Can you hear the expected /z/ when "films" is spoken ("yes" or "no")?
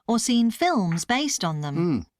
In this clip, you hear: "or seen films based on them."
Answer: yes